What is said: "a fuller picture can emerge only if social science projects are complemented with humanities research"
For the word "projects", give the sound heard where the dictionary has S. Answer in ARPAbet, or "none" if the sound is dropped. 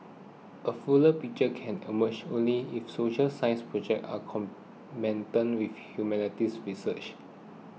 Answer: none